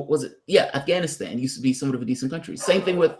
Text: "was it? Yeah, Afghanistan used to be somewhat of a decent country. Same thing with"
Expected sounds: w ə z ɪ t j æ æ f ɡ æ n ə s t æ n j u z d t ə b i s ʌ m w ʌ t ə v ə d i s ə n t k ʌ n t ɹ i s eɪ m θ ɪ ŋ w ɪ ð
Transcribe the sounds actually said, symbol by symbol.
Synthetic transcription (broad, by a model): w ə z ɪ t j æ æ f ɡ æ n ə s t æ n j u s t ə b i s ʌ m w ʌ t ə v ə d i s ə n k ʌ n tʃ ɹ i s eɪ m θ ɪ ŋ w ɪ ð